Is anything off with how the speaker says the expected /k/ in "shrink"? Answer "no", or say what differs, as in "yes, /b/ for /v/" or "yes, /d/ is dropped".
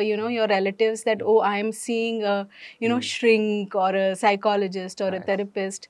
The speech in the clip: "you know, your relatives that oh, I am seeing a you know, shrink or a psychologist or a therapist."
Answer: no